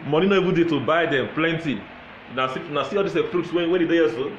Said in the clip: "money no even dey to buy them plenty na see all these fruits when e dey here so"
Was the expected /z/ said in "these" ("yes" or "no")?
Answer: no